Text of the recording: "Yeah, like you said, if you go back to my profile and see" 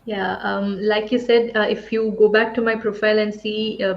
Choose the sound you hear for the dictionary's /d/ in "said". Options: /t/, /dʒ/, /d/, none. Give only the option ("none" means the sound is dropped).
/d/